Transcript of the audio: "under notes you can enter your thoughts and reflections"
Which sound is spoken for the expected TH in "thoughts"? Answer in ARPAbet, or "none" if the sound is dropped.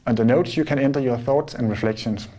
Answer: TH